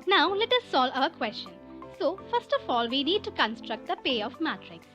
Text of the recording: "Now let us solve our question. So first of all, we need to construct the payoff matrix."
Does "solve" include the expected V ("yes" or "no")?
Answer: no